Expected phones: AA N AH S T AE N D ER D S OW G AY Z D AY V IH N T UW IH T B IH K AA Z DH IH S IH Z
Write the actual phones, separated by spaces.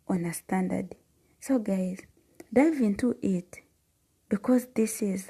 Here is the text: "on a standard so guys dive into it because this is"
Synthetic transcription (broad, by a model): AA N AH S T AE N D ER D S OW G AY Z D AY V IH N T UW IH T B IH K AA Z DH IH S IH Z